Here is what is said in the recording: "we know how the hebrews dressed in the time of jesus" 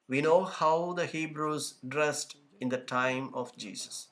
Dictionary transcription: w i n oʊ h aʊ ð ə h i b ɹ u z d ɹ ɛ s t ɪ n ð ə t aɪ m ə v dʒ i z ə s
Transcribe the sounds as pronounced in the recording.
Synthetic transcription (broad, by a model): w i n oʊ h aʊ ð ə h i b ɹ u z d ɹ ɛ s t ɪ n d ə t aɪ m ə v dʒ i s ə s